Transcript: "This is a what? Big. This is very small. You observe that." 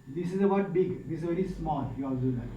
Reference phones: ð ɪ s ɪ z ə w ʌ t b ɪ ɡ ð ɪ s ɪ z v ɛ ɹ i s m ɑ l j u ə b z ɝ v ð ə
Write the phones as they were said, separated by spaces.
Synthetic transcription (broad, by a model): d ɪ s ɪ z ə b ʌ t b ɪ ɡ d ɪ s ɪ z v ɛ ɹ i s m ɑ l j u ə z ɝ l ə